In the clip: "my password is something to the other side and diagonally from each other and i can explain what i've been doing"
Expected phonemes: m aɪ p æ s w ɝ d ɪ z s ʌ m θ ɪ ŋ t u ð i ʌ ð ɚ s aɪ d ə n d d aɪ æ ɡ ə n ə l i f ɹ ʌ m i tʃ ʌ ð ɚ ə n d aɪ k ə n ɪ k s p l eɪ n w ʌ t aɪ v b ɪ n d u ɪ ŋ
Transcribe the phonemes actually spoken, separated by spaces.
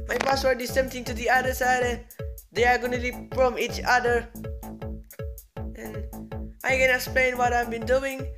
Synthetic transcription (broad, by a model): m aɪ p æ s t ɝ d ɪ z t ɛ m t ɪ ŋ t u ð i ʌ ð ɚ s aɪ d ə n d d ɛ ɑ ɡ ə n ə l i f ɹ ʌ m i tʃ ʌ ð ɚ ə n aɪ k ə n ɪ k s p l eɪ n w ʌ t aɪ v b ɪ n d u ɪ ŋ